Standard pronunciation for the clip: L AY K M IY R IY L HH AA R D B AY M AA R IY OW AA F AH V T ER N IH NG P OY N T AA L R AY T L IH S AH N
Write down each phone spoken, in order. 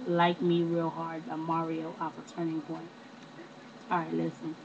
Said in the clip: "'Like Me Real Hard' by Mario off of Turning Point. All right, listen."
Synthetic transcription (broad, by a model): L AY K M IY R IY L HH AA R D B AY M AA R IY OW AA F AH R T ER N IH NG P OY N AA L R AY T L IH S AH N